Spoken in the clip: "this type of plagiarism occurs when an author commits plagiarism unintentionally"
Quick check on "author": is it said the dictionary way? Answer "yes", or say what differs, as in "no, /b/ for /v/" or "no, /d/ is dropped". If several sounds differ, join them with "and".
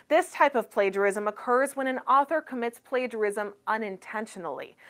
yes